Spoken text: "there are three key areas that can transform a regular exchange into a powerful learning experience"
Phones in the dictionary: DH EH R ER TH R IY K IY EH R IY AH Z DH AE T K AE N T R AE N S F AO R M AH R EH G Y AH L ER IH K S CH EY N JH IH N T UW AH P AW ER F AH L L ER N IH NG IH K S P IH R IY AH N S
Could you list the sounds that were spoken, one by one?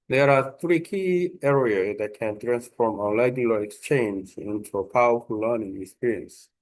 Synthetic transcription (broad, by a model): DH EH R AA TH R IY K IY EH R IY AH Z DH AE T K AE N T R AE N S F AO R M AH L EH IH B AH L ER IH K S CH EY N JH IH N T UW AH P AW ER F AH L L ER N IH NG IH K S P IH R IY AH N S